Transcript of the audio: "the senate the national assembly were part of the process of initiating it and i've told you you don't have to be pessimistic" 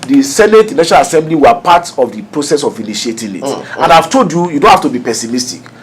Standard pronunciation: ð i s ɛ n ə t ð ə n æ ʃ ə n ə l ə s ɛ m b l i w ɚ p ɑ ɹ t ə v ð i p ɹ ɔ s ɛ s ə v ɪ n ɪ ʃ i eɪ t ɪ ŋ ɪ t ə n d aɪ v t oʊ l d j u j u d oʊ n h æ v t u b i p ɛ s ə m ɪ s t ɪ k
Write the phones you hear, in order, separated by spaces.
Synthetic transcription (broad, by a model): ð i s ɛ n ə t n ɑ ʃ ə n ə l ə s ɛ m b l i w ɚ p ɑ t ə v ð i p ɹ ɔ s ɛ s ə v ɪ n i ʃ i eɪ t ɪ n ɪ t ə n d aɪ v t oʊ l d j u j u d oʊ n h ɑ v t u b i p ɛ s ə m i s t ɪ k